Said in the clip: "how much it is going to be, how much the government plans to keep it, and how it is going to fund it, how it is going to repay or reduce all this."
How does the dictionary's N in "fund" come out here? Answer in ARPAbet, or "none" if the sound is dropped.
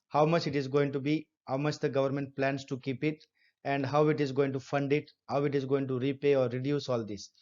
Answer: N